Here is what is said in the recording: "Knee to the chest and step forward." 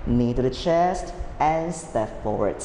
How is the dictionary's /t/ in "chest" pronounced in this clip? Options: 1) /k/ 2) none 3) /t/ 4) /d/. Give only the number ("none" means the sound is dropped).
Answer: 3